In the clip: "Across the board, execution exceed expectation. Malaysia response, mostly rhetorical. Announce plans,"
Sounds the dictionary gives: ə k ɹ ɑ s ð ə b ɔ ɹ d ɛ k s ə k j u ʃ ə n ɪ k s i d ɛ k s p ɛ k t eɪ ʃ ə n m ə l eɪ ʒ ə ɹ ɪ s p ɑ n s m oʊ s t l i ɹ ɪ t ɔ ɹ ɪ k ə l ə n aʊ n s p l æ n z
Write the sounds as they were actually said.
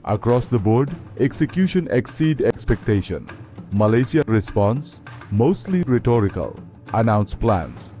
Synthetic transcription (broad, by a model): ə k ɹ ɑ s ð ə b ɔ ɹ d ɛ k s ə k j u ʃ ə n ɪ k s i d ɛ k s p ɛ k t eɪ ʃ ə n m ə l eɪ s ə ɹ ɪ s p ɑ n s m oʊ s t l i ɹ ɪ t ɔ ɹ ɪ k ə l ə n aʊ n s p l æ n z